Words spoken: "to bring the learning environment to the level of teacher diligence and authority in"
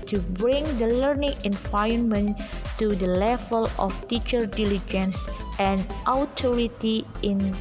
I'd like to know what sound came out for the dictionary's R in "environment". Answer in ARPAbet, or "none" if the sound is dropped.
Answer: none